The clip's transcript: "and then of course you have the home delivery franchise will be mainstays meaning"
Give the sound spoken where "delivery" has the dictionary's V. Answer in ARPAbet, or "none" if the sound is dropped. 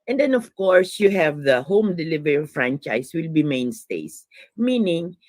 V